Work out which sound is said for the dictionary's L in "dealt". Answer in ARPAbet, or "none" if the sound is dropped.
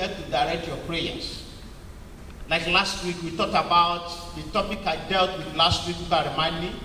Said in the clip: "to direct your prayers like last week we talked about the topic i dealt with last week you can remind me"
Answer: L